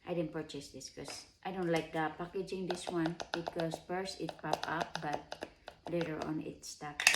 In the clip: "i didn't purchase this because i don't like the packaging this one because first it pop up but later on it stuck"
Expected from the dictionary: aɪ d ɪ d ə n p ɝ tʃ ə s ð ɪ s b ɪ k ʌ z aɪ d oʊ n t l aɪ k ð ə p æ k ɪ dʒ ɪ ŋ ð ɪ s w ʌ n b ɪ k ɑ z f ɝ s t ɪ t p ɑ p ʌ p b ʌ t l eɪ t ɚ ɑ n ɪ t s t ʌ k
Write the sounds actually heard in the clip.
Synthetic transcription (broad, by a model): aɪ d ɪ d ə n p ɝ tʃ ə s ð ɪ s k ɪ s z aɪ d oʊ n t l aɪ k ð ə p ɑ k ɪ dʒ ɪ ŋ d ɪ s w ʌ n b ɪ k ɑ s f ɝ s ɪ t p ɑ p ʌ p b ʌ t l eɪ t ɚ ɑ n ɪ t s t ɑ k